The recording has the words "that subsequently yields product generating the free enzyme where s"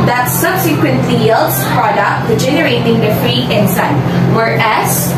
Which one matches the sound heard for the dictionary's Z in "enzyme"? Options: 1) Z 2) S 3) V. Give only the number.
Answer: 2